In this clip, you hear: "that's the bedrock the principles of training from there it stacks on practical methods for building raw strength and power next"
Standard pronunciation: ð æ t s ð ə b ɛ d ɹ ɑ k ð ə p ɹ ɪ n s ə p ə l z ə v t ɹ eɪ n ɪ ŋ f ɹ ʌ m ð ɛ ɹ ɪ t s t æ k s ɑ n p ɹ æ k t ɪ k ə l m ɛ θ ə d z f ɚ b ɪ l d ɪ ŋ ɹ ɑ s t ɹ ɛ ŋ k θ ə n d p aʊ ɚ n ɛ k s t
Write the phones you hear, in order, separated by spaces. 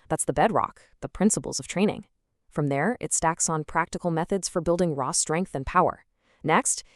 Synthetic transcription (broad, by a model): ð æ t s ð ə b ɛ d ɹ ɑ k ð ə p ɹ ɪ n s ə p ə l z ə v t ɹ eɪ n ɪ ŋ f ɹ ʌ m ð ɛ ɹ ɪ t s t æ k s n p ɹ æ k t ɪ k l m ɛ θ ə d z f ɚ b ɪ l d ɪ ŋ ɹ ɑ s t ɹ ɛ ŋ k θ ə n p aʊ ɚ n ɛ k s t